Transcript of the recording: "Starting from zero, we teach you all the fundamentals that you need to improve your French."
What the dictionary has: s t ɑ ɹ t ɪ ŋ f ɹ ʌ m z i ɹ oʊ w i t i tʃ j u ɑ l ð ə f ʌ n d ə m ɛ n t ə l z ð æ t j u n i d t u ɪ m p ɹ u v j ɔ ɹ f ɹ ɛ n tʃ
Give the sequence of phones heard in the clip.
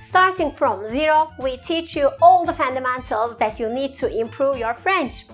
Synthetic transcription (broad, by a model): s t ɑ ɹ t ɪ ŋ f ɹ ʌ m z i ɹ oʊ w i t i tʃ j u ɑ l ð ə f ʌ n d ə m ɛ n t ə l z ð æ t j u n i d t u ɪ m p ɹ u v j ɔ ɹ f ɹ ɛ n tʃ